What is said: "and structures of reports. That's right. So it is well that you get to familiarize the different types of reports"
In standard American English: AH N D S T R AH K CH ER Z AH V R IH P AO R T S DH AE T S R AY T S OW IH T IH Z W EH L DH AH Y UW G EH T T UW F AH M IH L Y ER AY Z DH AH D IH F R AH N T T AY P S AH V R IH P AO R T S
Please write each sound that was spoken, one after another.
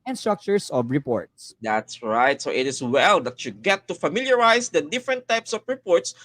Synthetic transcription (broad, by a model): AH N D S T R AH K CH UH S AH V R IH P AO R T S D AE T S R AY T S OW IH T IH S W EH L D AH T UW G EH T T UW F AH M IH L Y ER AY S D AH D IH F R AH N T T AY P S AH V R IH P AO R T S